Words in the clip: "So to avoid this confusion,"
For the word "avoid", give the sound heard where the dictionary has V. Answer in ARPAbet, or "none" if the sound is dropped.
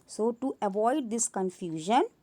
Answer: V